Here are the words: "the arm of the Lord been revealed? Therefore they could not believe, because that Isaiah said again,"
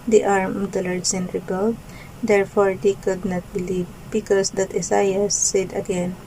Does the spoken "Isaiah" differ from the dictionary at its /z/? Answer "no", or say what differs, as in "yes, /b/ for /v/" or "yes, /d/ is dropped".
yes, /s/ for /z/